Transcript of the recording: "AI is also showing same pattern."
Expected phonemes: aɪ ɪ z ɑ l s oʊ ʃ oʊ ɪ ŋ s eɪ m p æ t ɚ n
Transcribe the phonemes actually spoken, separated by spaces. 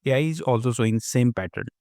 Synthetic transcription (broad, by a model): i ɪ z ɑ l s oʊ s oʊ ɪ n s eɪ m p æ t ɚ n